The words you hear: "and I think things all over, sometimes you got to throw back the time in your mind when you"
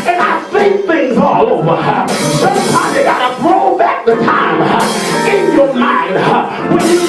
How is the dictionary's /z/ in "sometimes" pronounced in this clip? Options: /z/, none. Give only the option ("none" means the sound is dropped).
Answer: none